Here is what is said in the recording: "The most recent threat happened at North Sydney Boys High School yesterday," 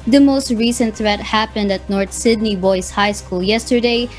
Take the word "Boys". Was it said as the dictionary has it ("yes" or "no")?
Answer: no